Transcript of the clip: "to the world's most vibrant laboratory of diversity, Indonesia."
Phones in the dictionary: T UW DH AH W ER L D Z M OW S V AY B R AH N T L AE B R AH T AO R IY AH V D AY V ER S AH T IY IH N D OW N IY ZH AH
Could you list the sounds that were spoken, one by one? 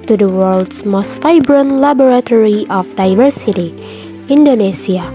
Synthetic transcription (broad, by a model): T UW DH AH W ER L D S M OW S F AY B R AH N L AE B R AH T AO R IY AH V D AY V ER S AH T IY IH N D OW N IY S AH